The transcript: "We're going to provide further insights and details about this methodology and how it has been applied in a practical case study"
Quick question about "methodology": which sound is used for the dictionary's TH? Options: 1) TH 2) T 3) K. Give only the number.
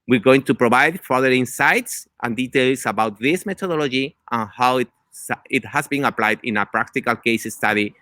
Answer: 2